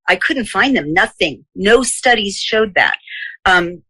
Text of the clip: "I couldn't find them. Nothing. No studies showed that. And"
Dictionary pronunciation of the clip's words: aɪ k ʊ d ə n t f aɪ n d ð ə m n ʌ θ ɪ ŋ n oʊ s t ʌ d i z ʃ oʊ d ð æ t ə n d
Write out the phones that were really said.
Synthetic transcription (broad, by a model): aɪ k ʊ d n t f aɪ n ð ə m n ʌ θ ɪ ŋ n oʊ s t ʌ d i z ʃ oʊ d ð æ t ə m